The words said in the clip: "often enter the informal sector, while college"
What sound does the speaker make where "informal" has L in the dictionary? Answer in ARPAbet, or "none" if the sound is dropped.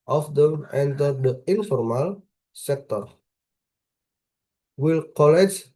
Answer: L